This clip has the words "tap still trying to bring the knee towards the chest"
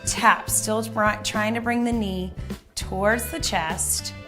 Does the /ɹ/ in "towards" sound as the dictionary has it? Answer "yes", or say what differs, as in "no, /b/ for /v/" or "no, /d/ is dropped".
yes